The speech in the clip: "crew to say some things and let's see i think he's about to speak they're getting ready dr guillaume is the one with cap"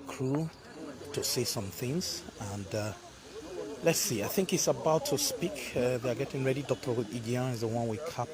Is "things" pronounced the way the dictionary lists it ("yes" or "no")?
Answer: yes